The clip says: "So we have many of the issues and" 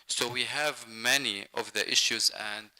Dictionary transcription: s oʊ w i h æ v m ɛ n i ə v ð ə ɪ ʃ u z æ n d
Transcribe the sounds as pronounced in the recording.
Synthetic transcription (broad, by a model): s oʊ w i h æ v m ɛ n i ə v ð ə ɪ ʃ u z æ n d